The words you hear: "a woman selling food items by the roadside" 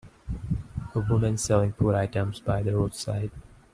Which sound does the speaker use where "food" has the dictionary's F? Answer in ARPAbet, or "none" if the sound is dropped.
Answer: P